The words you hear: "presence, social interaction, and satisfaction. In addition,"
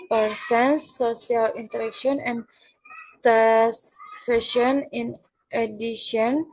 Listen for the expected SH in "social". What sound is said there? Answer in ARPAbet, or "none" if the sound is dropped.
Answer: none